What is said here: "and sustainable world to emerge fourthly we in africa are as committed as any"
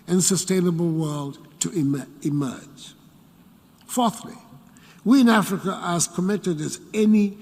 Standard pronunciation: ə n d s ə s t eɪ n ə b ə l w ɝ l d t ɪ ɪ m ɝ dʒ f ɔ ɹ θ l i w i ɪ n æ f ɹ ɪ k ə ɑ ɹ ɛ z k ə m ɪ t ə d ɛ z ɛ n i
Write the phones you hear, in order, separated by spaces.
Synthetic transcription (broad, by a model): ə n s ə s t eɪ n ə b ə l w ɝ l d t ɪ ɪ m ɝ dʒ f ɔ ɹ θ l i w i ɪ n æ f ɹ ɪ k ə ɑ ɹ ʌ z k ə m ɪ t ə d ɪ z ɛ n i